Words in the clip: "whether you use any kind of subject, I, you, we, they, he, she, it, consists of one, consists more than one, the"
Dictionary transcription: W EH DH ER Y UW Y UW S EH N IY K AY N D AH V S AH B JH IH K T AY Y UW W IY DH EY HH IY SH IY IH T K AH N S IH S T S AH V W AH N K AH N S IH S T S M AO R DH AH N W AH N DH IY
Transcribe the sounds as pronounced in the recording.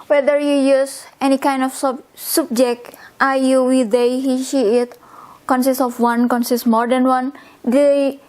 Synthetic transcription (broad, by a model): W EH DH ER Y UW Y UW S EH N IY K AY N D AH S S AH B JH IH K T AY Y UW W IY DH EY HH IY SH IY IH T K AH N S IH S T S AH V W AH N K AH N S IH S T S M AO R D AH N W AH N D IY